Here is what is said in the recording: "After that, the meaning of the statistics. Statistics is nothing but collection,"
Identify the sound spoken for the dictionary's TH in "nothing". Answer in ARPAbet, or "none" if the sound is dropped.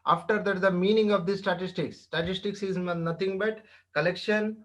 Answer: T